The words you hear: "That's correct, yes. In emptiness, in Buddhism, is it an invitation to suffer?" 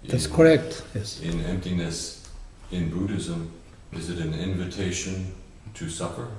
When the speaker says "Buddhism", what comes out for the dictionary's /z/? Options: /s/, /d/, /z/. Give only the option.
/z/